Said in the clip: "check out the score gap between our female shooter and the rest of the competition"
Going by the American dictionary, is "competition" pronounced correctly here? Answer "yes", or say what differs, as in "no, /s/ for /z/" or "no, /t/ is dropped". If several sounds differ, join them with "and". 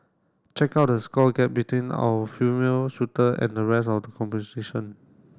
no, /s/ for /t/